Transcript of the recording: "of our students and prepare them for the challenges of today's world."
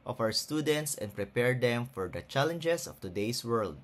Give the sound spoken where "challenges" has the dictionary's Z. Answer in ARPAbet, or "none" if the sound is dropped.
S